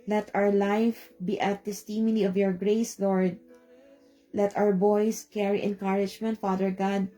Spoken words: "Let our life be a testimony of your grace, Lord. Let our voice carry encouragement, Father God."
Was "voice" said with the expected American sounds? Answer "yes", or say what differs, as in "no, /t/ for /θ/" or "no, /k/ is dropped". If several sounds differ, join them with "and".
no, /b/ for /v/